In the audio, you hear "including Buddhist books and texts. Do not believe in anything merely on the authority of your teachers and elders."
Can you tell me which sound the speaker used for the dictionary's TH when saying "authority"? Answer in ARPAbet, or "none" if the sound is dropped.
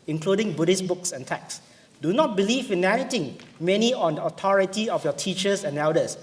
T